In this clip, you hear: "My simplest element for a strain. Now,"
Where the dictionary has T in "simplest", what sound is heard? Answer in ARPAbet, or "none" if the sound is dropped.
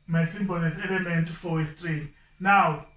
none